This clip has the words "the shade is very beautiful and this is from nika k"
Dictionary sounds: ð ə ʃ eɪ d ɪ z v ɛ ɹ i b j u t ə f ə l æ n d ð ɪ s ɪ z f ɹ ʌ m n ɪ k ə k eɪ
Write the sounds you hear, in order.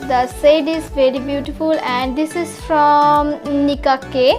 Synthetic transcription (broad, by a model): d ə s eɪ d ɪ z v ɛ ɹ i b j u t ə f ə l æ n d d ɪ s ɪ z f ɹ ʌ m n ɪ k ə k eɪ